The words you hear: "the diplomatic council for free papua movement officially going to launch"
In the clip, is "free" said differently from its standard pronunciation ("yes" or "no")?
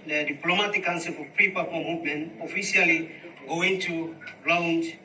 yes